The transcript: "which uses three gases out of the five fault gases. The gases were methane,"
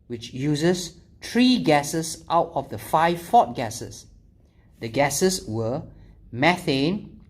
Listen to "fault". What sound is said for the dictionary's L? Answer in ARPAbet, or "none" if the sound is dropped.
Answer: none